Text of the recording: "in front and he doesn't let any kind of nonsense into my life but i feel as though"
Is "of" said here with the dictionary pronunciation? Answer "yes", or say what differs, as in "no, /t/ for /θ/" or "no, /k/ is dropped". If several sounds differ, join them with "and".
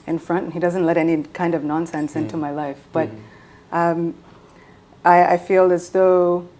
yes